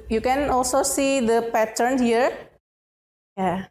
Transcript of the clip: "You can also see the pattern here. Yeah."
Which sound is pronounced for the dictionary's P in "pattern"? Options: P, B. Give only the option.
P